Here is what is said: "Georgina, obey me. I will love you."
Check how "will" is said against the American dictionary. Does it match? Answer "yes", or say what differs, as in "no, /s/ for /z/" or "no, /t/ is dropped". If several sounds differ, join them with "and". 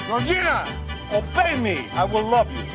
yes